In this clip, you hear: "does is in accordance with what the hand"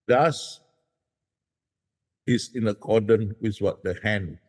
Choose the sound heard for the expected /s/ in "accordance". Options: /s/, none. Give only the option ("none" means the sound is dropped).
none